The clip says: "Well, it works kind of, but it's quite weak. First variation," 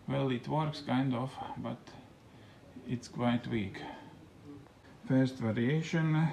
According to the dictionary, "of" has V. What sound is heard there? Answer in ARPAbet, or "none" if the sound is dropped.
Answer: F